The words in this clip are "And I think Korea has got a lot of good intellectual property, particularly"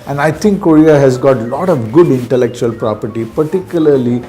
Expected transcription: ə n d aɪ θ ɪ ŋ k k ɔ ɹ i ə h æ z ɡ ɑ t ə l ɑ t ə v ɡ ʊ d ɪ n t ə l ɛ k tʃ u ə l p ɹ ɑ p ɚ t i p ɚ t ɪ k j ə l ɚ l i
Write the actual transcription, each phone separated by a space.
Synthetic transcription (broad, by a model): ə n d aɪ t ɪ ŋ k k ɔ ɹ i ə h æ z ɡ ɑ t l ɑ t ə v ɡ ʊ d ɪ n t ə l ɛ k tʃ u ə l p ɹ ɑ p ɚ t i p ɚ t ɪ k j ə l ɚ l i